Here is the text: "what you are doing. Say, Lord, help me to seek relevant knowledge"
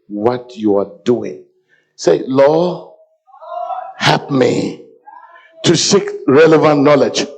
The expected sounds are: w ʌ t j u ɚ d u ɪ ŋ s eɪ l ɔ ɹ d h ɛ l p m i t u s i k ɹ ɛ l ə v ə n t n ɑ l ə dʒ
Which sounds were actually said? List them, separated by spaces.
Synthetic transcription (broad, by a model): w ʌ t j u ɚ d u ɪ ŋ s eɪ l ɔ h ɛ p m i t u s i k ɹ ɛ l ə v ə n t n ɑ l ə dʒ